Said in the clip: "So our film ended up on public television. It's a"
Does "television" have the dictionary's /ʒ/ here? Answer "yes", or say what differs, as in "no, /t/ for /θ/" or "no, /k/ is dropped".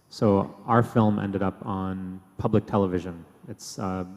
yes